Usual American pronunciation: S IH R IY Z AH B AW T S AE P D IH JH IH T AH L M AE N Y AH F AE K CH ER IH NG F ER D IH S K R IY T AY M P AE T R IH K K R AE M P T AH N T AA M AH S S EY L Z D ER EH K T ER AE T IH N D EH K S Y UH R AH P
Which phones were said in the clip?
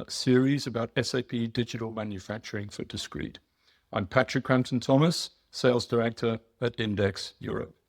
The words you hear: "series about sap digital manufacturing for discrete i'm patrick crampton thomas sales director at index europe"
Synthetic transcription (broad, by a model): S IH R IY Z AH B AW T S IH P D IH JH IH T AH L M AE N Y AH F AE K CH ER IH NG F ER D IH S K R IY T AY M P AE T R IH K K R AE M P T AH N T AA M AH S S EY L Z D ER EH K T ER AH T IH N D EH K S Y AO R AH P